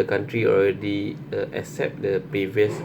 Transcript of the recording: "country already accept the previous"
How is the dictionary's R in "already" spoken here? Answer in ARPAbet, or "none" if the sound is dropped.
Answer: L